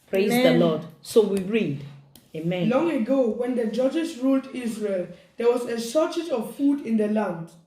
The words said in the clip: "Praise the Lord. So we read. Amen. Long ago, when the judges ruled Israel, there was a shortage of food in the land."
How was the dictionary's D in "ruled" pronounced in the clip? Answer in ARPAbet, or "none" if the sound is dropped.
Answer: D